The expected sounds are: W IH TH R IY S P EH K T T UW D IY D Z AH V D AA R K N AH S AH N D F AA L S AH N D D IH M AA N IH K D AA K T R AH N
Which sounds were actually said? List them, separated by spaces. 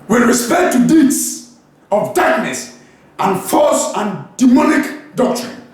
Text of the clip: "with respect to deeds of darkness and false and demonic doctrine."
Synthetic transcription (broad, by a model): W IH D R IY S P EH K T T UW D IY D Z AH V D AA R K N AH S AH N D F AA S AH N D D IH M AA N IH K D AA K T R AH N